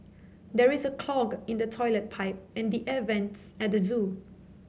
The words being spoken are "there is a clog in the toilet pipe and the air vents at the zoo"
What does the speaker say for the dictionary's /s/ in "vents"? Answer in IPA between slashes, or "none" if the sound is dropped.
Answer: /s/